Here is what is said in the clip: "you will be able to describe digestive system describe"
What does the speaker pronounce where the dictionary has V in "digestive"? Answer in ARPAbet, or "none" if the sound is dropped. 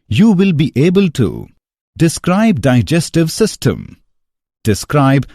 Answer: V